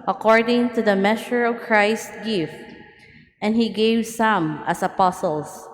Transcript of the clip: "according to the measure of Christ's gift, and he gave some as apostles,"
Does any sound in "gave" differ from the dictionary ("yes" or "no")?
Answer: no